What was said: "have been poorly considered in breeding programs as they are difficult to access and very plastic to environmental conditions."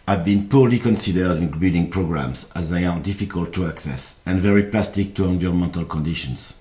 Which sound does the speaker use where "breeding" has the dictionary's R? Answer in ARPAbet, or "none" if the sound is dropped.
none